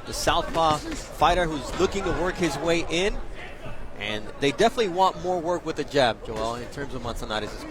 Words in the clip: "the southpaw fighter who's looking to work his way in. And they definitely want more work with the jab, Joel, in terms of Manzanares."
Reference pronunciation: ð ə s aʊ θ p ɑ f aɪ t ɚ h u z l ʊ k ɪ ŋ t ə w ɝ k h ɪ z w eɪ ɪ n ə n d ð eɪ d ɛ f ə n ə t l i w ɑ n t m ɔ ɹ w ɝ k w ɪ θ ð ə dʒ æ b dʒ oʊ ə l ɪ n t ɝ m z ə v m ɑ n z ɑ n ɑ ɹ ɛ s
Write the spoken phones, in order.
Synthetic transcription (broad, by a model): ð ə s aʊ θ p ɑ f aɪ t ɚ h u z l ʊ k ɪ ŋ t ə w ɝ k h ɪ z w eɪ ɪ n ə n ð eɪ d ɛ f ə n ə t l i w ɑ n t m ɔ ɹ w ɝ k w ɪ ð ə dʒ æ b dʒ oʊ ə l ɪ n t ɝ m z ə v m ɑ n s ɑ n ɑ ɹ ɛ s